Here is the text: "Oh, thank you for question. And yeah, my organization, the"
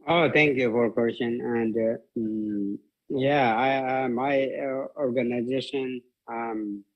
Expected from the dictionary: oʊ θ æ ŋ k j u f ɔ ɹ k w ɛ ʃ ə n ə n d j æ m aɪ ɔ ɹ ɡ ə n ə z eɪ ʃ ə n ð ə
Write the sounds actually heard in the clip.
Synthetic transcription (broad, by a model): oʊ t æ ŋ k j u f ɔ ɹ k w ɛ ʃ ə n ə n d j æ m aɪ ɔ ɹ ɡ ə n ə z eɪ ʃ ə n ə